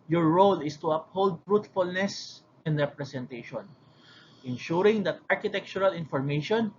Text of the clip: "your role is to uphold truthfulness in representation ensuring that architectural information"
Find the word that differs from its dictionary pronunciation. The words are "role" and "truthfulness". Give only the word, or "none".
truthfulness